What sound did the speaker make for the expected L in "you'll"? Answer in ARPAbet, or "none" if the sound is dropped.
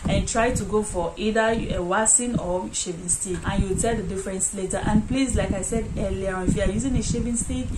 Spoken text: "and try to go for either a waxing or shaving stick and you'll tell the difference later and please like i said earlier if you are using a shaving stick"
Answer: W